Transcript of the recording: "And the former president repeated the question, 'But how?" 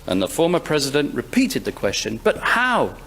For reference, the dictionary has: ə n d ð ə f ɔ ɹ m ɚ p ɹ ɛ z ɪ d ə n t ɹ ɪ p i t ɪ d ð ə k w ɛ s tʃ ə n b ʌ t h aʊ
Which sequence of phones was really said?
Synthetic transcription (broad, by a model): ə n ð ə f ɔ ɹ m ɚ p ɹ ɛ z ɪ d ə n t ɹ ɪ p i t ɪ d ð ə k w ɛ s tʃ ə n b ʌ t h aʊ